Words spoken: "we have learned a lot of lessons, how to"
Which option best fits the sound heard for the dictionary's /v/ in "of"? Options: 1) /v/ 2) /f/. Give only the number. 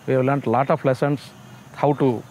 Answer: 2